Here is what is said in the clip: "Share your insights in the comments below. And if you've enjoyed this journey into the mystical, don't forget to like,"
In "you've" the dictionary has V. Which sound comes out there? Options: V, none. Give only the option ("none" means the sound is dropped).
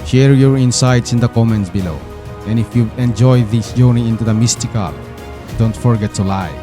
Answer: none